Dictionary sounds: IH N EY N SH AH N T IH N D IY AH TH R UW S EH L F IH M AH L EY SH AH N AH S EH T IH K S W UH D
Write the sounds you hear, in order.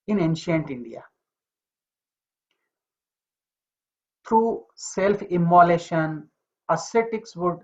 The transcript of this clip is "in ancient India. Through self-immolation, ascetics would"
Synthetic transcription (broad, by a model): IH N EY N SH AH N T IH N D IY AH T R UW S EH L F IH M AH L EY SH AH N AH S EH T IH K S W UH D